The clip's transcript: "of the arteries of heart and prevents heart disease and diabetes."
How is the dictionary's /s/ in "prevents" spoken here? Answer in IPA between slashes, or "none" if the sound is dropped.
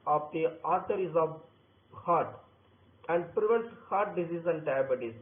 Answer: none